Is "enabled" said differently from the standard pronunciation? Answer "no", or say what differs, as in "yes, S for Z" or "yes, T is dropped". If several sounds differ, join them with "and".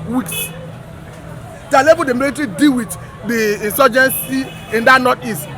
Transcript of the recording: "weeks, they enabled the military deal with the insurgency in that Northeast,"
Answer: yes, L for N and L is dropped